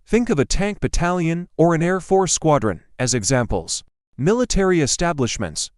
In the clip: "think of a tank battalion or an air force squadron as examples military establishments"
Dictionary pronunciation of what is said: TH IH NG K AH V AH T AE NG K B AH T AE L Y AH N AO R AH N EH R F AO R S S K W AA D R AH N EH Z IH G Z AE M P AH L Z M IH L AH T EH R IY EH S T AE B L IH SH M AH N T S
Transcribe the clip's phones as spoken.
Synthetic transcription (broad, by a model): TH IH NG K AH V AH T AE NG K B AH T AE L Y AH N AO R AH N EH R F AO R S S K W AA D R AH N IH Z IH G Z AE M P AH L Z M IH L AH T EH R IY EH S T AE B L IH SH M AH N T S